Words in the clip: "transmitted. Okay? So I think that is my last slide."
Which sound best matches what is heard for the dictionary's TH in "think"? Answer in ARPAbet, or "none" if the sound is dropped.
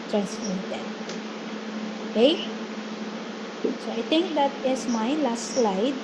T